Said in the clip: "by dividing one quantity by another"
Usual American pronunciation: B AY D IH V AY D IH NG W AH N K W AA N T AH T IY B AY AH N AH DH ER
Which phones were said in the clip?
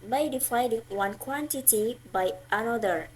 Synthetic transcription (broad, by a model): B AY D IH F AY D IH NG W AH N K W AA N T AH T IY B AY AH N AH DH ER